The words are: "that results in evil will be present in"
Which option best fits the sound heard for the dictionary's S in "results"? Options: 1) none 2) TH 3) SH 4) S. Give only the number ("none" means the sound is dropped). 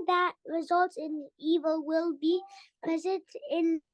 1